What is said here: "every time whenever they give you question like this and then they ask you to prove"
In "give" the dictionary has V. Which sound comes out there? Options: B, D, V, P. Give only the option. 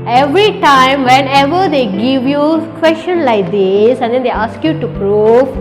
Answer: V